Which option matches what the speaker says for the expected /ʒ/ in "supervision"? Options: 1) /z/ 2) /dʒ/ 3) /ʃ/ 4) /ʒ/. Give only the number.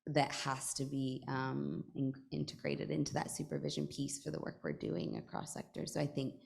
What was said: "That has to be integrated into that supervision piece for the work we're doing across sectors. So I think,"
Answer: 4